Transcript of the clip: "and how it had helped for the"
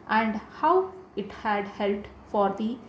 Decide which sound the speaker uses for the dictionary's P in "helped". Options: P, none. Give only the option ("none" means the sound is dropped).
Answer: none